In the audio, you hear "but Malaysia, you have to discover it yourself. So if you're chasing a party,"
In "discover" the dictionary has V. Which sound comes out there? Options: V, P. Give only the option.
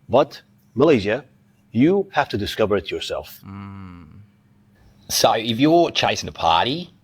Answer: V